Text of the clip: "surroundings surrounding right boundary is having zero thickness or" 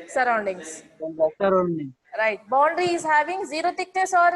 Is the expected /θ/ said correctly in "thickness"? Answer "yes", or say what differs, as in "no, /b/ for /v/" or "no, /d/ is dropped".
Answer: no, /t/ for /θ/